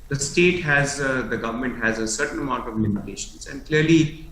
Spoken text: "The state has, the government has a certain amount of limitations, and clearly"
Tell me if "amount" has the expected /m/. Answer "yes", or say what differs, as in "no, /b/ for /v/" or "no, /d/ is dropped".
yes